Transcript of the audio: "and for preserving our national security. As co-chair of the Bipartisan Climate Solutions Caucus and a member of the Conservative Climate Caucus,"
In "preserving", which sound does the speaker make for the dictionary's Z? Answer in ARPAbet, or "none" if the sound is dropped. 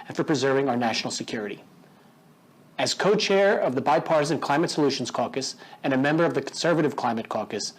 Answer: Z